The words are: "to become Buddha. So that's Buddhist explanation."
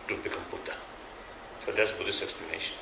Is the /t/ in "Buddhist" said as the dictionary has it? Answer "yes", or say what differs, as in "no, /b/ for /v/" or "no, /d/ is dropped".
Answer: no, /t/ is dropped